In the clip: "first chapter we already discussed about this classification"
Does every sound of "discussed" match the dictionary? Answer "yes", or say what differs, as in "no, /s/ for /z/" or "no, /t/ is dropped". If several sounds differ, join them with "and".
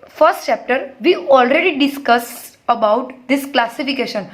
no, /t/ is dropped